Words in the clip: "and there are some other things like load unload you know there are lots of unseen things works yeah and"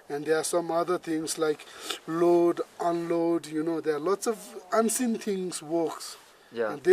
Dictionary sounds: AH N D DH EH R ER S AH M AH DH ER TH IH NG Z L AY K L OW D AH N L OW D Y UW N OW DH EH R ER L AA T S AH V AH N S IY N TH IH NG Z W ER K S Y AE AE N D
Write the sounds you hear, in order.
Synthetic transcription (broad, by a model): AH N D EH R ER S AH M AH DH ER T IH NG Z L AY K L OW D AH N L OW D Y UW N OW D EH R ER L AA T S AH V AH N S IY N T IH NG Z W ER K S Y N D